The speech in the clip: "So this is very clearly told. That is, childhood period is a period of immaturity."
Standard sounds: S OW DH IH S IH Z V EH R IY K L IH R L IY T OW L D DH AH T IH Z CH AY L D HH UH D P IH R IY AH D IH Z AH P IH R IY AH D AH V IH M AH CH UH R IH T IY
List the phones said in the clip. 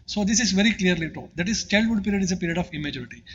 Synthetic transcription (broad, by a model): S OW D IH S IH Z V EH R IY K L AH R L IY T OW D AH T IH Z CH AY L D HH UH D P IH R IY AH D IH Z AH P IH R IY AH D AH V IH M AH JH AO R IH T IY